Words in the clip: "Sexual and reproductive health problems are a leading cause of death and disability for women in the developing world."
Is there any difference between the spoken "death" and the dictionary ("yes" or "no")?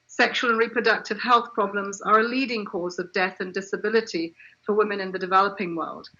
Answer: no